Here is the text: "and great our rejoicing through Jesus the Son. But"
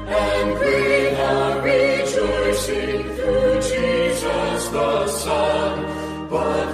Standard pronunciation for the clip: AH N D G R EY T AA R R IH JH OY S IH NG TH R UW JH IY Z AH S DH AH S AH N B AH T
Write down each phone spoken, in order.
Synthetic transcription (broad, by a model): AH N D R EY AA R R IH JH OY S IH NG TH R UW JH IY Z AH S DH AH S AH N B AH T